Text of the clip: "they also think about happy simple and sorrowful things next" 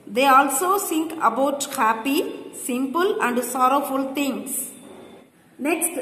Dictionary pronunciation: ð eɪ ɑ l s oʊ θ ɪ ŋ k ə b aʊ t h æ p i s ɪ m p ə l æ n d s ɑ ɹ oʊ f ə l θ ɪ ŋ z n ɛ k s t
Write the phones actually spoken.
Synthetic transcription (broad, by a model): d eɪ ɑ l s oʊ s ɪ ŋ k ə b aʊ t h æ p i s ɪ m p ə l æ n d s ɑ ɹ oʊ f ə l t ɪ ŋ s n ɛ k s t